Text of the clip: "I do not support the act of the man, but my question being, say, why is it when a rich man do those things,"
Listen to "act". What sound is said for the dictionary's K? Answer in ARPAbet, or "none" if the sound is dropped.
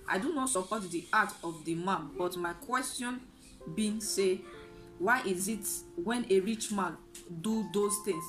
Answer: none